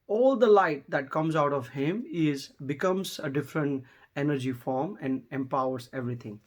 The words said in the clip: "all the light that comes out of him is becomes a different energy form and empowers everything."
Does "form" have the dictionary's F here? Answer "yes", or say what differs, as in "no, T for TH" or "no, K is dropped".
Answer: yes